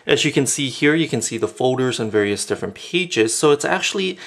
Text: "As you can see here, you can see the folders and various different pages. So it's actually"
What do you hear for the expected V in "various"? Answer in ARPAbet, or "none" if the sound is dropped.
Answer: V